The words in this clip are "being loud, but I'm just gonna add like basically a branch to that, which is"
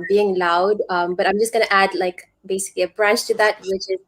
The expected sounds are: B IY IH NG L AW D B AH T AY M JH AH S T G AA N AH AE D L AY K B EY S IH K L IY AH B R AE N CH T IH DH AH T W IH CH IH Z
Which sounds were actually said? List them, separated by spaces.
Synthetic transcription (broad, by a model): B IY IH NG L AW D B AH T AY M JH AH S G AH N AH AE D L AY K B EY S IH K L IY AH B R AE N CH T IH DH AH T W IH CH IH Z